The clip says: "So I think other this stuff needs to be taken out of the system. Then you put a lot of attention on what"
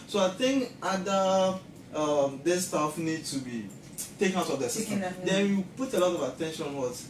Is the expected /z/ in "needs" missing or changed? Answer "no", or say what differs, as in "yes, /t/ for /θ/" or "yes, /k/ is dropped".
yes, /z/ is dropped